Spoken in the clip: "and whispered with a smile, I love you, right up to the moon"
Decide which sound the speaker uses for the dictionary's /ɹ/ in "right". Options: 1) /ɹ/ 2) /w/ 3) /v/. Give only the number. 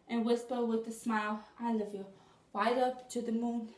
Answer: 2